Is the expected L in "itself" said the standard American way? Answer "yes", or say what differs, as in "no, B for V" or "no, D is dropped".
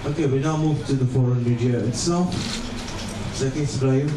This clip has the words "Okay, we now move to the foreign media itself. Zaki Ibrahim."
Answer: no, L is dropped